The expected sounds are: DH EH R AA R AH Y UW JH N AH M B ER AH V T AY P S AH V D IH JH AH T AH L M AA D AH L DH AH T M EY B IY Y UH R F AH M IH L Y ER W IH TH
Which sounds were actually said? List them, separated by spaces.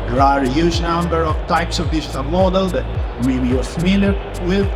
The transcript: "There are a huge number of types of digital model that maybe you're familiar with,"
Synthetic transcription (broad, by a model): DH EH R AA R AH Y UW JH N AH M B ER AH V T AY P S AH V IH SH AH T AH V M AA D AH L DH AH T M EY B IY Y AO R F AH M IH L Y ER W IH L